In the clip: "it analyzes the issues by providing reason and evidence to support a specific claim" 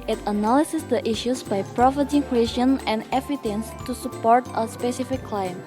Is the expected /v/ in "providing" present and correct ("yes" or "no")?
no